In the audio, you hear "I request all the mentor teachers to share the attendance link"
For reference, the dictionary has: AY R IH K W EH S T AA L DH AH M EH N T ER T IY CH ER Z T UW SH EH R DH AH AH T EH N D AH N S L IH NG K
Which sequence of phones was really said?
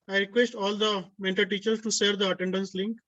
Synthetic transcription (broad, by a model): AY R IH K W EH S T AA L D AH M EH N T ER T IY CH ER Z T UW S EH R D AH AH T EH N D AH N S L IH NG K